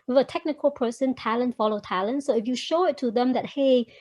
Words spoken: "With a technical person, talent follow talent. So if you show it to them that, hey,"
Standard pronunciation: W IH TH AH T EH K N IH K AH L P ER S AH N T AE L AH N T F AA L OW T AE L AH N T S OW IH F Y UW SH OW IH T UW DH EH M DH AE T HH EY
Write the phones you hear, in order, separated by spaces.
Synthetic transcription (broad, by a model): W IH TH AH T EH K N IH K AH L P ER S AH N T AE L AH N T F AA L OW T AE L AH N T S OW IH F Y UW SH OW IH T UW DH EH M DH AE T HH EY